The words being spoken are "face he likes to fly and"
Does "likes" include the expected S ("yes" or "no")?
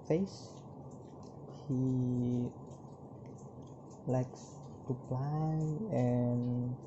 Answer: yes